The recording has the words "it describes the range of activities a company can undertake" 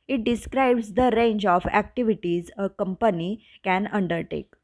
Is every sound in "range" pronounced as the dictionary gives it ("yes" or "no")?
yes